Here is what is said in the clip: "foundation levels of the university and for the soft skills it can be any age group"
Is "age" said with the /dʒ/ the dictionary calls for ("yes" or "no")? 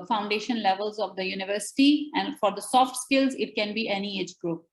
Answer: yes